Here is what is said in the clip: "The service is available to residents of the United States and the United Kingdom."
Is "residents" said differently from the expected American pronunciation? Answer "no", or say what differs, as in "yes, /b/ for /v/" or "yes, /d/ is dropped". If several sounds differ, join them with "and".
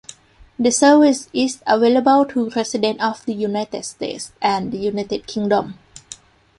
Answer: yes, /s/ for /z/ and /s/ is dropped